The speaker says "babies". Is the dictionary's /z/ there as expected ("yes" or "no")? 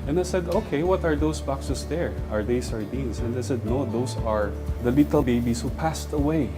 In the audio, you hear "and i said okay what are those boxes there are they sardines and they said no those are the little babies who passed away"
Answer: no